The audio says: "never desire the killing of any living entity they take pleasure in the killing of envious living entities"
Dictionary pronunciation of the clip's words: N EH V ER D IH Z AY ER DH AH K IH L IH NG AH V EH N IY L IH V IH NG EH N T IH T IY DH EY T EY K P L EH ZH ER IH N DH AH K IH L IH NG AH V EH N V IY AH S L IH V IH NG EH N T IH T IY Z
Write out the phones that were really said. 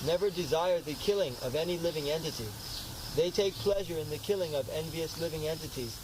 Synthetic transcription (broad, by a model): N EH V ER D IH Z AY ER DH AH K IH L IH NG AH V EH N IY L IH V IH NG EH N T IH T IY DH EY T EY K P L EH ZH ER IH N DH AH K IH L IH NG AH V EH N V IY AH S L IH V IH NG EH N T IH T IY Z